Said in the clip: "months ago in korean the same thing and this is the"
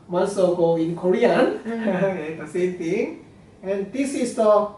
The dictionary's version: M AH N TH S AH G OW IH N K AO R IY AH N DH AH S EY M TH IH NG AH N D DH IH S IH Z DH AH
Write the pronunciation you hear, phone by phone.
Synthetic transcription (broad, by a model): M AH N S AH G OW IH N K AO R IY AH N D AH S EY M T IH NG AH N D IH S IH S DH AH